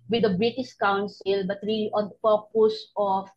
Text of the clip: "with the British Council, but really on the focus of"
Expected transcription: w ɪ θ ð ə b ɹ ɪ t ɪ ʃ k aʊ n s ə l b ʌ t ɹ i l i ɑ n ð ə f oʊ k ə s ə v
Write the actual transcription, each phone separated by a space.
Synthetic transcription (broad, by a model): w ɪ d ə b ɹ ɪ t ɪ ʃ k aʊ n s ə l b ʌ t ɹ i l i ɑ n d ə p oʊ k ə s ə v